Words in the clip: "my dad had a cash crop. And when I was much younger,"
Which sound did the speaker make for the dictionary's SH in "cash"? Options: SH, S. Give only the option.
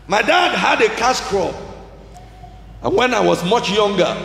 S